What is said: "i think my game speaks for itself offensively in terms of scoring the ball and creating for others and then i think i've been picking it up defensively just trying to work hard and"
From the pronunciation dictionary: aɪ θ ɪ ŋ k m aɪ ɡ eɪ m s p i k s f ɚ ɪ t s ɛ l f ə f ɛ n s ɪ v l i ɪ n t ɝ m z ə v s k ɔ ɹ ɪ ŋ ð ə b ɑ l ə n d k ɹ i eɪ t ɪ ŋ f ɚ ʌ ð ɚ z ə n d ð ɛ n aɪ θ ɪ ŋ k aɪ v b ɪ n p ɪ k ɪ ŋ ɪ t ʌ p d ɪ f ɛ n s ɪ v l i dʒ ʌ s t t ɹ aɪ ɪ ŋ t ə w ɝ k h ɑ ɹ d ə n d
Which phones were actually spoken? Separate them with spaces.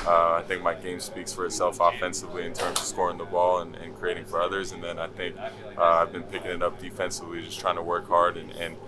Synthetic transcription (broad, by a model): aɪ θ ɪ ŋ k m aɪ ɡ eɪ m s p i k s f ɚ ɪ t s ɛ l f ə f ɛ n s ɪ v l i ɪ n t ɝ m z ə v s k ɔ ɹ ɪ ŋ ð ə b ɑ l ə n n k ɹ i eɪ t ɪ ŋ f ɚ ʌ ð ɚ z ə n ð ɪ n aɪ θ ɪ ŋ k aɪ v b ɪ n p ɪ k ɪ ŋ ɪ t ʌ p d ɪ f ɛ n s ɪ v l i dʒ ʌ s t t ɹ aɪ ɪ ŋ t ə w ɝ k h ɑ ɹ d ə n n